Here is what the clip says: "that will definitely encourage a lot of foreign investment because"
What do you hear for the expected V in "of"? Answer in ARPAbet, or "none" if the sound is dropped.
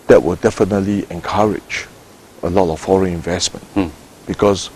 F